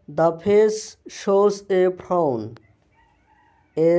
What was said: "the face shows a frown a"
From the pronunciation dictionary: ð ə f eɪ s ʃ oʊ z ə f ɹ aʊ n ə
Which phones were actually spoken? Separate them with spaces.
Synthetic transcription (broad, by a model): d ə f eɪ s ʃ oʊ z ə p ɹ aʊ n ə